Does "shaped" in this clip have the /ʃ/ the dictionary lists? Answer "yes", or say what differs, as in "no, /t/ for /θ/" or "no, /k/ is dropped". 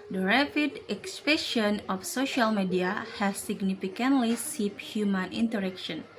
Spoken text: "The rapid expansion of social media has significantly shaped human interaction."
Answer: no, /s/ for /ʃ/